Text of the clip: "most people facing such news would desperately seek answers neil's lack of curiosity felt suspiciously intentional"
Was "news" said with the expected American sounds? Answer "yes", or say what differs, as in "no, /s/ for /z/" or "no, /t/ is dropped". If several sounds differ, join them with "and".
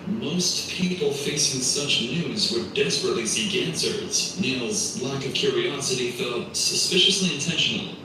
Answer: yes